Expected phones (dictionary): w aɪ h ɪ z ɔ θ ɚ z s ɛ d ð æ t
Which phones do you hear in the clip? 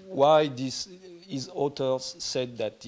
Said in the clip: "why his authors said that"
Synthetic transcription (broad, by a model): w aɪ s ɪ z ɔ t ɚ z s ɛ d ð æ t